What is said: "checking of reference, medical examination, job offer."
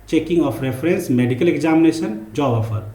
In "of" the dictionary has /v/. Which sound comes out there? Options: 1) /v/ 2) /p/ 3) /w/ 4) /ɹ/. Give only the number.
2